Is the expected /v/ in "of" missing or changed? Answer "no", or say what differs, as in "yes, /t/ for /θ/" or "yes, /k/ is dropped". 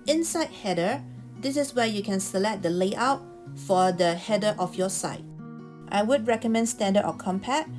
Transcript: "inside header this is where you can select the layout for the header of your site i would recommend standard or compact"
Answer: yes, /f/ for /v/